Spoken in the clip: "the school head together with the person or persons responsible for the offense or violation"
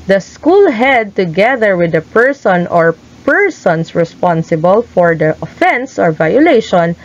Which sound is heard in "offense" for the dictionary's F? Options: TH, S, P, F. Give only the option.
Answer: F